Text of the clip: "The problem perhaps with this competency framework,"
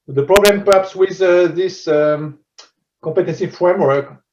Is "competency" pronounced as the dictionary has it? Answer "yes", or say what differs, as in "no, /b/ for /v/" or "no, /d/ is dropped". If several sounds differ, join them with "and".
no, /m/ is dropped